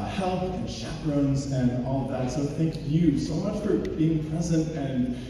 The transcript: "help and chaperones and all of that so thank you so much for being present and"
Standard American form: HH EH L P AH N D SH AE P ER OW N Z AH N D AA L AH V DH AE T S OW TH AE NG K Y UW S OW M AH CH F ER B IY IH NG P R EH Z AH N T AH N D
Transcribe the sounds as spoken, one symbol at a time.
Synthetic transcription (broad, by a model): HH EH L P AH N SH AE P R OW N Z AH N AA L AH V DH AE T S OW TH AE NG K Y UW S OW M AH CH F ER B IY IH NG P R EH Z AH N T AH N